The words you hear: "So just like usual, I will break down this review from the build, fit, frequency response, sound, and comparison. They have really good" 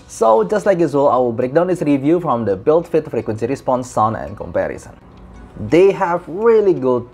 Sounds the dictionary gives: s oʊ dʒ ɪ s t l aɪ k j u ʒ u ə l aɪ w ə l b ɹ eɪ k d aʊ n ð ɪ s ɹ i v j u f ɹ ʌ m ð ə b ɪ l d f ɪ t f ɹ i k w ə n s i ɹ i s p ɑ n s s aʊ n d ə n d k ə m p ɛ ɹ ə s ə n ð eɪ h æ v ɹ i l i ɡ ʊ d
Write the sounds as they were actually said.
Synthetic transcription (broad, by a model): s oʊ dʒ ɪ s t l aɪ k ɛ s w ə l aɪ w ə b ɹ eɪ k d aʊ n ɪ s ɹ i v j u f ɹ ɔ m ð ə b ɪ l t f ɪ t f ɹ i k w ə n s i ɹ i s p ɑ n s s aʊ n ə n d k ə m p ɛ ɹ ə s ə n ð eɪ h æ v ɹ i l i ɡ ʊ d